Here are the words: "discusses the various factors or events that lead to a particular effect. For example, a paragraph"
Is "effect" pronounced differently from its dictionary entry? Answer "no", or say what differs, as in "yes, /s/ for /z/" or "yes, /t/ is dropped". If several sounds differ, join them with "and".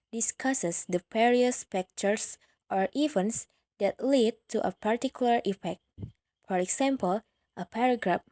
no